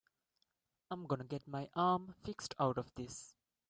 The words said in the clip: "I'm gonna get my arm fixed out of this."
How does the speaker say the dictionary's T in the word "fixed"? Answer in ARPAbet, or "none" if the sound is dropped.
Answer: T